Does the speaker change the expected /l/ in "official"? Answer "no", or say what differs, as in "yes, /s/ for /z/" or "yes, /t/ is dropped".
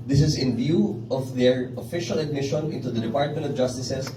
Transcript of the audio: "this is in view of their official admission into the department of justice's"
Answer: no